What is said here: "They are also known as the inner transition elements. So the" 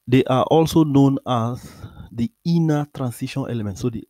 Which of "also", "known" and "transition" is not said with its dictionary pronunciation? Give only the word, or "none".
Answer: transition